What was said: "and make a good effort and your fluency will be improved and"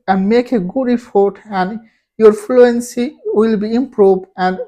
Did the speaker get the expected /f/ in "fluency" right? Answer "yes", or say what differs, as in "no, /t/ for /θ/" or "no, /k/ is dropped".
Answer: yes